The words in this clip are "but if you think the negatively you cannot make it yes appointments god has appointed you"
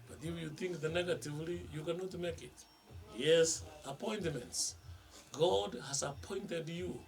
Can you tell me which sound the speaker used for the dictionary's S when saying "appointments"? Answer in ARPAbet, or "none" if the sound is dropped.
S